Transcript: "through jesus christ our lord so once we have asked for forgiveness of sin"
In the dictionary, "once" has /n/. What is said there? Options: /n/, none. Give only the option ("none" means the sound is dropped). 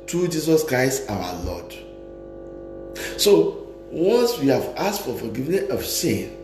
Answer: none